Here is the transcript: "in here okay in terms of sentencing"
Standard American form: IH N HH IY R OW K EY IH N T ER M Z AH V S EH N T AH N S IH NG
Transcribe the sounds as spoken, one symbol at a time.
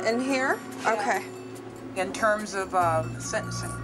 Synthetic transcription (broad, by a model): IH N HH IY R OW K EY IH N T ER M Z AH V S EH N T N S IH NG